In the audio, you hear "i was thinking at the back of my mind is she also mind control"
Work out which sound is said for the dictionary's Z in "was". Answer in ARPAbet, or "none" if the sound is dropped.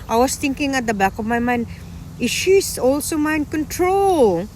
S